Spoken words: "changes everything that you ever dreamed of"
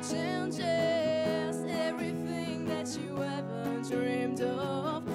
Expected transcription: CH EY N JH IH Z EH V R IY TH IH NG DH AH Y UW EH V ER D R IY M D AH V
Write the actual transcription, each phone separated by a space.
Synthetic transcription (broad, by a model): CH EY N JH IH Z EH V R IY TH IH NG DH AH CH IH EH V ER D R IY M D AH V